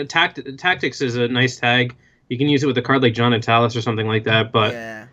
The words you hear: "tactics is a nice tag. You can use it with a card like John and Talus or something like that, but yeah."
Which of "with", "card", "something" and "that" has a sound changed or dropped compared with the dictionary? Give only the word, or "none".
none